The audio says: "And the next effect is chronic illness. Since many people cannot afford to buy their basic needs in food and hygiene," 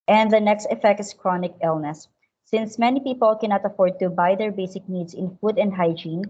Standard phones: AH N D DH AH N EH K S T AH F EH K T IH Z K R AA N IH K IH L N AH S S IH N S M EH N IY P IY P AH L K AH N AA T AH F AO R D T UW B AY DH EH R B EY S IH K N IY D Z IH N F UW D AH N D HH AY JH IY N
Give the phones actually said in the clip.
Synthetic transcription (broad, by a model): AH N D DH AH N EH K S T AH F EH K T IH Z K R AA N IH K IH L N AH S S IH N S M EH N IY P IY P AH L K AH N AA T AH F AO R D T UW B AY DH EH R B EY S IH K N IY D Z IH N F UW D AH N D HH AY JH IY N